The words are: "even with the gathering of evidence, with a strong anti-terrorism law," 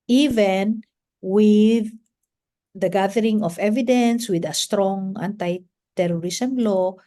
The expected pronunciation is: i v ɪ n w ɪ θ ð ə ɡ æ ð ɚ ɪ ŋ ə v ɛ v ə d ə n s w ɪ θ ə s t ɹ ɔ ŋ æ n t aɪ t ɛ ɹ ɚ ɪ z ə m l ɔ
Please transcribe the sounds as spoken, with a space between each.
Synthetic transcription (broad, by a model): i v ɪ n w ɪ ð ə ɡ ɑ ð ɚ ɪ ŋ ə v ɛ v ə d ə n s w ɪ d ə s t ɹ ɔ ŋ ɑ n t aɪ t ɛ ɹ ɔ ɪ s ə m l ɔ